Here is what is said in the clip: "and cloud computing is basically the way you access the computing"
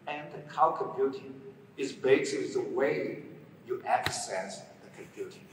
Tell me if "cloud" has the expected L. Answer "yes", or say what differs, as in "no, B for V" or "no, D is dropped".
no, L is dropped